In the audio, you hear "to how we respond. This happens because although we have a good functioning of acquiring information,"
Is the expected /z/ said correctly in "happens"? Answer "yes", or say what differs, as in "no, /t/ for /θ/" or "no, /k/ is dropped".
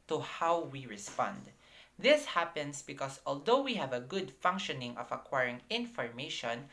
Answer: no, /s/ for /z/